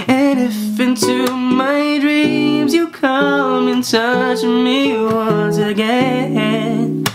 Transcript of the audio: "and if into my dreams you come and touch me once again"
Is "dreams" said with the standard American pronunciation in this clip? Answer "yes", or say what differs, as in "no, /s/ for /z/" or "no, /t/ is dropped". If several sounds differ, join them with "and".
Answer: yes